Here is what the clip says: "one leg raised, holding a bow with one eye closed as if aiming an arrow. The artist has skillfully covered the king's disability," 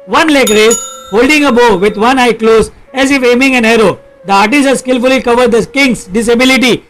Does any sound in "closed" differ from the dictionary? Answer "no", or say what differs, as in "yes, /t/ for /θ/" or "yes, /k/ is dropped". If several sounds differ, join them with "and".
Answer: yes, /d/ is dropped